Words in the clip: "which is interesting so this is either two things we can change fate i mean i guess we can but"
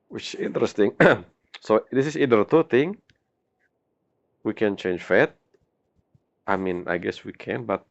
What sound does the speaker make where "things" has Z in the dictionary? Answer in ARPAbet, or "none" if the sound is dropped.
none